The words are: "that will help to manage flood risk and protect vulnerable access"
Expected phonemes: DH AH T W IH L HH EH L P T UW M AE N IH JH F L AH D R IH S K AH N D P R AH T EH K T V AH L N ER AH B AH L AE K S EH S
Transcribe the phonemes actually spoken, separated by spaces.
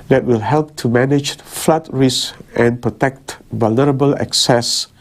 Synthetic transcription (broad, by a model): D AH T W IH L HH EH L P T UW M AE N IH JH F L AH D R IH S AH N P R AH T EH K T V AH L N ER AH B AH L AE K S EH S